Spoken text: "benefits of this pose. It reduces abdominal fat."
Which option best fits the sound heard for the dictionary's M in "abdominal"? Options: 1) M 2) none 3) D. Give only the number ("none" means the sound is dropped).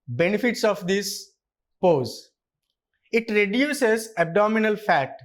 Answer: 1